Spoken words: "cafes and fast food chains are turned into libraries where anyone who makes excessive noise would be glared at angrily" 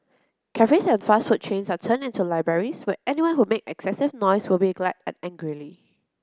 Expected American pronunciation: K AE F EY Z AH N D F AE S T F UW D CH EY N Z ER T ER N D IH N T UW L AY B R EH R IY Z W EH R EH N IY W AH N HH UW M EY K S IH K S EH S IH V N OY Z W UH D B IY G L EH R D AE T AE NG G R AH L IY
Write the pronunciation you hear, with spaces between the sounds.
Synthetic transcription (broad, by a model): K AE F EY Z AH N F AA S T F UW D CH EY N S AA T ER N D IH N T UW L AY B R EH R IY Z W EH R EH N IY W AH N HH UW M EY K IH K S EH S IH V N OY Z W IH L B IY G L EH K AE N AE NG G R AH L IY